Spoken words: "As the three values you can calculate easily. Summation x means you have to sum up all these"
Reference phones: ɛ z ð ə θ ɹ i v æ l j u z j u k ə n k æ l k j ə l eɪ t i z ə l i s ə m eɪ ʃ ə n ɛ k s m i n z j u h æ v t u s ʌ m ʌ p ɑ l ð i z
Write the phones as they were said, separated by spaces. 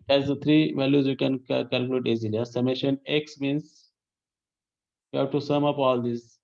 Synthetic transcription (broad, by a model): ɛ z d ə t ɹ i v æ l j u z j u k ə n k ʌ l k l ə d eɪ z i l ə i s ə m eɪ ʃ ə n ɛ k s m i n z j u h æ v t u s ʌ m ʌ p ɑ l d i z